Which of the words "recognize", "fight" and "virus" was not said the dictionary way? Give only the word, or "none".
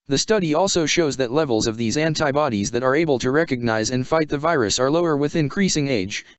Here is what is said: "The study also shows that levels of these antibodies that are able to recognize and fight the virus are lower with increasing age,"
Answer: none